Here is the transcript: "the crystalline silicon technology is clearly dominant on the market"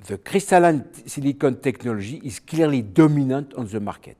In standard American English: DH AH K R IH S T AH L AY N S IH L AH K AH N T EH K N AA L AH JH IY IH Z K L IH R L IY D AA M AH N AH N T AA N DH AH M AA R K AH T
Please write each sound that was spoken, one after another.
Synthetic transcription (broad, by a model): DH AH K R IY S T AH L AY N S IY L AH K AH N T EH K N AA L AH ZH IY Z K L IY R L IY D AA M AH N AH T AA N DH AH M AA R K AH T